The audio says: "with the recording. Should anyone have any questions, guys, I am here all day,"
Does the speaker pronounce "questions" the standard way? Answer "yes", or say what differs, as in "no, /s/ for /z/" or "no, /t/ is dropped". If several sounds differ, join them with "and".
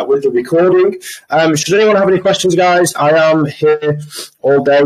yes